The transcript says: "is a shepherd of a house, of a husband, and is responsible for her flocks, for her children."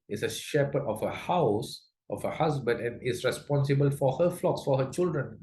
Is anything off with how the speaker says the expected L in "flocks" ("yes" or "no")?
no